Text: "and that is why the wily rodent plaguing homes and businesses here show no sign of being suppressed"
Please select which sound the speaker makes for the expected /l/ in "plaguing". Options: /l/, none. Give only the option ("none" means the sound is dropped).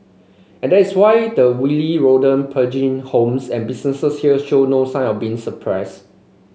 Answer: none